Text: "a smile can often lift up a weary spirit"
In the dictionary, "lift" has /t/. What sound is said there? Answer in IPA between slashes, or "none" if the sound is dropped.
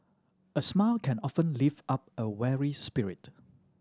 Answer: none